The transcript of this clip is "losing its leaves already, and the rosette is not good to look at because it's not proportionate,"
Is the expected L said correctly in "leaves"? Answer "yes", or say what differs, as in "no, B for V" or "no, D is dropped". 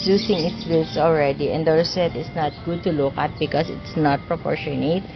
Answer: no, W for L